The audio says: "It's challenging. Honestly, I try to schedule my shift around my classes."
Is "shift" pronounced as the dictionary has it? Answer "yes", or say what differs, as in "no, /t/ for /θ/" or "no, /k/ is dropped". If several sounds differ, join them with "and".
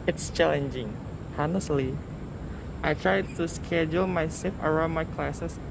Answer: no, /s/ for /ʃ/